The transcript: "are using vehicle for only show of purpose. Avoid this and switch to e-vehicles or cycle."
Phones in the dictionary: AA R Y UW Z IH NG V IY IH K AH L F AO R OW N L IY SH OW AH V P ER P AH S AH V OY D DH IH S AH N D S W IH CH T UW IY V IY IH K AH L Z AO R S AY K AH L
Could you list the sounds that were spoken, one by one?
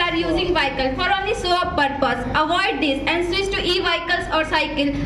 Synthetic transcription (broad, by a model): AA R Y UW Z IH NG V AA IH K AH L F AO R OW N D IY S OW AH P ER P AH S AH V OY D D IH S AH N D S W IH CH T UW IY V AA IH K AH L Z AO R S AY K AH L